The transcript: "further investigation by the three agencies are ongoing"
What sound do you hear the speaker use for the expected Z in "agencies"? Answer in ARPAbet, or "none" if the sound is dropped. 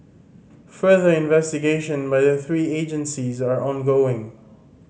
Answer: Z